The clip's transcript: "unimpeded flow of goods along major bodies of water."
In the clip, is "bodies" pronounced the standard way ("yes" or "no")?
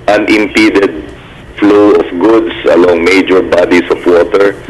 no